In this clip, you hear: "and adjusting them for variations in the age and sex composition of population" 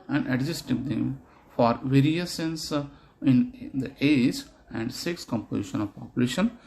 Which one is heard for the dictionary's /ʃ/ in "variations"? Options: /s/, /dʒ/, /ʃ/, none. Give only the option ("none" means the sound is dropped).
/s/